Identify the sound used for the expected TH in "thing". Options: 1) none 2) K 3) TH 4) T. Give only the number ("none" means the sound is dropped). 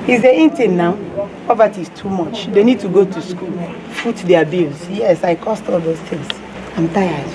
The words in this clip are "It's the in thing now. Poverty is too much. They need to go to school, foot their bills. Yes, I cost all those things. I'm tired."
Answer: 4